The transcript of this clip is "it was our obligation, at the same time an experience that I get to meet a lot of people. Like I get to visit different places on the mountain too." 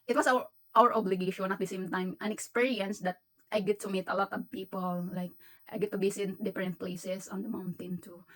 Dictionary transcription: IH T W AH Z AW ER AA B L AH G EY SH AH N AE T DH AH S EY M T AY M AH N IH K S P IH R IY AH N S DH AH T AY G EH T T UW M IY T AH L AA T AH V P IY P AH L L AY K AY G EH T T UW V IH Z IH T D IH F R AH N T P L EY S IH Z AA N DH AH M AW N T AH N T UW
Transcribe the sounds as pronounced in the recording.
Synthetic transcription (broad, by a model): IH T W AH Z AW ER AA B L AH G EY SH AH N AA T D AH S EY M T AY M AH N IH K S P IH R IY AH N S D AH T AY G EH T T UW M IY T AH L AA T AH V P IY P AH L L AY K AY G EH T T UW B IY S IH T D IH F R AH N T P L EY S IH S AA N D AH M AW N T AH N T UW